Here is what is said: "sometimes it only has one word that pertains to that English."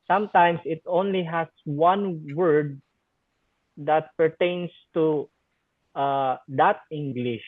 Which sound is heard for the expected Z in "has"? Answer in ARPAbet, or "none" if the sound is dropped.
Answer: S